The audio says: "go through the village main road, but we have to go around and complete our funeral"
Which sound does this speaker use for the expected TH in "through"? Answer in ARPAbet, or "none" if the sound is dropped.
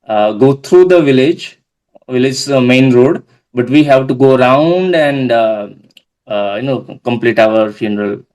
T